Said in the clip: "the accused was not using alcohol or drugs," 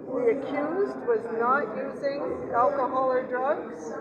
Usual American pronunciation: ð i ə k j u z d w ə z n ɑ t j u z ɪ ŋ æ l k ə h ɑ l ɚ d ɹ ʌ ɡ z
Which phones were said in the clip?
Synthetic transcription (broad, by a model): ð i ə k j u z d w ə z n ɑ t j u z ɪ ŋ æ l k ə h ɑ l ɚ d ɹ ʌ ɡ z